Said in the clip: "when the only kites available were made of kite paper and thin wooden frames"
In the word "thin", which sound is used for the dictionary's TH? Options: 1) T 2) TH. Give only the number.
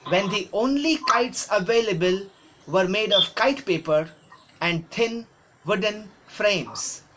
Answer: 1